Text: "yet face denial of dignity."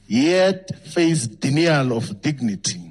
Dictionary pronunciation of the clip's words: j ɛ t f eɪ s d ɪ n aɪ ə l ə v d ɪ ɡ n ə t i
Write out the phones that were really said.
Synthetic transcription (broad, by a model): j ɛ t f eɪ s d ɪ n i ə l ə f d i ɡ n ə t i